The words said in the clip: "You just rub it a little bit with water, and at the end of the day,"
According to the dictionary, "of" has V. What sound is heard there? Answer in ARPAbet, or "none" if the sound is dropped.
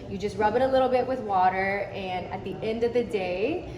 V